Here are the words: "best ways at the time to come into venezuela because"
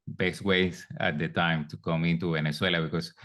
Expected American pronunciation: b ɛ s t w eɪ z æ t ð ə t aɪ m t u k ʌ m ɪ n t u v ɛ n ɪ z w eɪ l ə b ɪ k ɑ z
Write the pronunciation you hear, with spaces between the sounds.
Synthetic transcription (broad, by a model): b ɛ s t w eɪ s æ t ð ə t aɪ m t u k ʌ m ɪ n t u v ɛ n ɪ s w eɪ l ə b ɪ k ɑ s